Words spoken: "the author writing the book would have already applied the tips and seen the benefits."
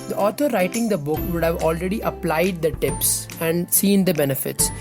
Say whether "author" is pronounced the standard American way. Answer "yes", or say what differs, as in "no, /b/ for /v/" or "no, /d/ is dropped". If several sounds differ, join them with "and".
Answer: no, /t/ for /θ/